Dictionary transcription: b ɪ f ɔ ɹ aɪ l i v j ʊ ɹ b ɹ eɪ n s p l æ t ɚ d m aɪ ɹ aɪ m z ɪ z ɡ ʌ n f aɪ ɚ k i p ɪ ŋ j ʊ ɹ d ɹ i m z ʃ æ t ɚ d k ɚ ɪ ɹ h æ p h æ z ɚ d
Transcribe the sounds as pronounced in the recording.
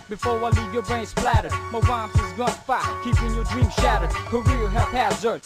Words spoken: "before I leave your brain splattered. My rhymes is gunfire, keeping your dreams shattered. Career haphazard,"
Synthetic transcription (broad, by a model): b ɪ f ɔ ɹ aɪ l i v j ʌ ɹ b ɹ eɪ n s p l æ t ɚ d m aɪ w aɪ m ɪ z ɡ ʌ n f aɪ k i p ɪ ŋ j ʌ ɹ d ɹ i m ʃ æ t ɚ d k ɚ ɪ l h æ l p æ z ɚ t